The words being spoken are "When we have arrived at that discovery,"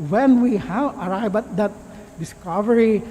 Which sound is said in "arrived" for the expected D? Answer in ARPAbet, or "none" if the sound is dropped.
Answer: none